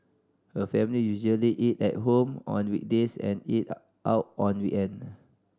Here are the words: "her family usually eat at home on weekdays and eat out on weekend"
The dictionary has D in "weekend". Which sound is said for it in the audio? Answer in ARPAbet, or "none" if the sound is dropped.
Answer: none